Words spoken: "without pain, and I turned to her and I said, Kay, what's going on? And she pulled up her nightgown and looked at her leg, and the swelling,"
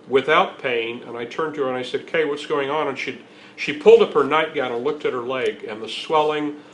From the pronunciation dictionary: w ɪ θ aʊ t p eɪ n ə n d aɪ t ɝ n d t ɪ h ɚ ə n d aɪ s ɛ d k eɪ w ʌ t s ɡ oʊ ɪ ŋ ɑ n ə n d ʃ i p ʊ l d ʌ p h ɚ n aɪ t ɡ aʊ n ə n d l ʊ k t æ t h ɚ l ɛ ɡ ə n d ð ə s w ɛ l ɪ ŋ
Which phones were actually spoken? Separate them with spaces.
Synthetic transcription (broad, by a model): w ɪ θ aʊ t p eɪ n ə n aɪ t ɝ n t ɪ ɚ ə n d aɪ s ɛ d k eɪ w ʌ t s ɡ oʊ ɪ ŋ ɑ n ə n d ʃ i p ʊ l d ʌ p h ɚ n aɪ t ɡ aʊ n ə n l ʊ k t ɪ t h ɚ l ɛ ɡ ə n ð ə s w ɛ l ɪ ŋ